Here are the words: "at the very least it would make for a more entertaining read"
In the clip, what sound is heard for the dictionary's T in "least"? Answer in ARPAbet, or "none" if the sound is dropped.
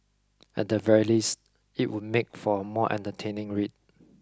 T